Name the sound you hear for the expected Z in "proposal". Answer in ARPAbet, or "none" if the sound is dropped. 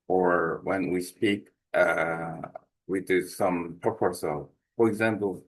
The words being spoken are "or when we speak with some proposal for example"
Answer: S